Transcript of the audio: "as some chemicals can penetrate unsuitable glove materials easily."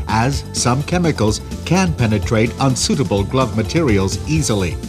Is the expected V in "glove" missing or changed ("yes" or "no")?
no